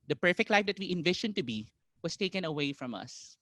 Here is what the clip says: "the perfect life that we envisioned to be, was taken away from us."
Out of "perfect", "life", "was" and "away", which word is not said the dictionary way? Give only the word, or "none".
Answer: was